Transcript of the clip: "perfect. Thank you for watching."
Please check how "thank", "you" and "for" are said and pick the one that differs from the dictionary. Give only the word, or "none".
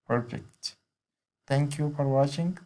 thank